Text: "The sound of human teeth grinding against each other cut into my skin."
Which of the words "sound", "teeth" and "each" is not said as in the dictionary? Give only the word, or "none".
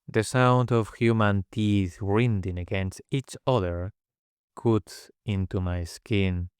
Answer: none